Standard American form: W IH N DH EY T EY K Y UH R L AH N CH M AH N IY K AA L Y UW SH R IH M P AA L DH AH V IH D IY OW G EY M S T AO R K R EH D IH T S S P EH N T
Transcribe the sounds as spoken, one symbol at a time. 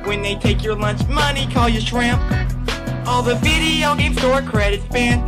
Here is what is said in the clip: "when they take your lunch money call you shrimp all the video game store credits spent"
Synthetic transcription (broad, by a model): W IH N DH EY T EY K Y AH R L AH N CH M AH N IY K AA L Y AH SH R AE M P AA L DH AH V IH D IY OW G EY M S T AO R K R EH D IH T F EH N